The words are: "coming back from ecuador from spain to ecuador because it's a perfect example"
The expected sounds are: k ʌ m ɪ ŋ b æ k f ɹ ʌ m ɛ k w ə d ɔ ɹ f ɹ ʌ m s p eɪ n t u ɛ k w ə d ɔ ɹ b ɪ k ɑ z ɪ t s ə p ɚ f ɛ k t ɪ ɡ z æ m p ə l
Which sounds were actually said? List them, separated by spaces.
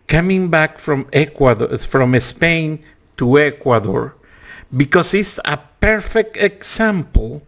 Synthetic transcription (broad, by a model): k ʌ m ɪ ŋ b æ k f ɹ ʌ m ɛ k w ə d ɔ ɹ f ɹ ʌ m s p eɪ n t u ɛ k w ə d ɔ ɹ b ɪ k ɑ s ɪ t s ə p ɚ f ɛ k t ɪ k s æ m p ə l